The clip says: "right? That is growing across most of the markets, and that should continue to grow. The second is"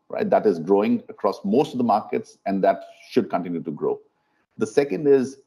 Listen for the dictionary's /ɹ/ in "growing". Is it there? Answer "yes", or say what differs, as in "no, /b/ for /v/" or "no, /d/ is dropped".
yes